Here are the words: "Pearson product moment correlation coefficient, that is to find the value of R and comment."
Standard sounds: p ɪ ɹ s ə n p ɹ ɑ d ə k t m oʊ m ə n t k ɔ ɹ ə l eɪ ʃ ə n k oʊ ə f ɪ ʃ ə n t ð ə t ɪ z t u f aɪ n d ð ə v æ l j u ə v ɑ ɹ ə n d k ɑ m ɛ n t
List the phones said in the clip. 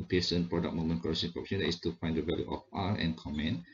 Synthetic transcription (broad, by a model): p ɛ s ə n p ɹ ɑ d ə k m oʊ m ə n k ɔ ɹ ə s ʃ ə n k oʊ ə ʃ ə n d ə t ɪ s t u f aɪ n d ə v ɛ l j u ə f ɑ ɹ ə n k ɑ m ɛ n